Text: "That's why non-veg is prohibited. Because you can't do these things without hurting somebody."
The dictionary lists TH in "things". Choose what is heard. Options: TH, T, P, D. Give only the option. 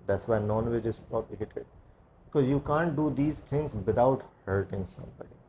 T